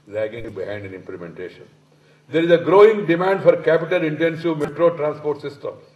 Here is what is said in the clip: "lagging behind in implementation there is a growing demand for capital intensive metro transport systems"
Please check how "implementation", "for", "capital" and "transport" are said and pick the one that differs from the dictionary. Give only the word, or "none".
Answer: none